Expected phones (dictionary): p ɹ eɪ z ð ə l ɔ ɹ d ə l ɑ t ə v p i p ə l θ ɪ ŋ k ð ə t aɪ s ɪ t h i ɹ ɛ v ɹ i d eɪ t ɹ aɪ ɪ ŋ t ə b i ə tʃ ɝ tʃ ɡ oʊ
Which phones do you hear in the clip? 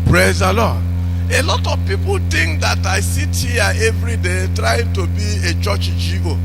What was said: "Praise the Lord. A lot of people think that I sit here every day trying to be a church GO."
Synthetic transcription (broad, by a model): p ɹ eɪ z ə l ɔ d ə l ɑ t ə v p i p ə l t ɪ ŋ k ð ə t aɪ s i t h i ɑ ɛ v ɹ i d eɪ t ɹ aɪ ɪ ŋ t ə b i ə tʃ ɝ tʃ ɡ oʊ